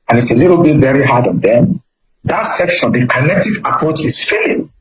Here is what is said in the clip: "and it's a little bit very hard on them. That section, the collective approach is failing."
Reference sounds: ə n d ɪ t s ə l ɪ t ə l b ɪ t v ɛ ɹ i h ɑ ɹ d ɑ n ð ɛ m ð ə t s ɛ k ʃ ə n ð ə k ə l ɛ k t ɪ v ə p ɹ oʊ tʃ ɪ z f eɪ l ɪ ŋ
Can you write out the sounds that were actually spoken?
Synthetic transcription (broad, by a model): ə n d ɪ t s ə l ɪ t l b ɪ t v ɛ ɹ i h ɑ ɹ d ɑ n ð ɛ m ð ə t s ɛ k ʃ ə n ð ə k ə n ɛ k t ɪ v ə p ɹ oʊ tʃ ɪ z f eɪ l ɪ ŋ